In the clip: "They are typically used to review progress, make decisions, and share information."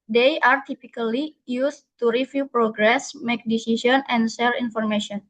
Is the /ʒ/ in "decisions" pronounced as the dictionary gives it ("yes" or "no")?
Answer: no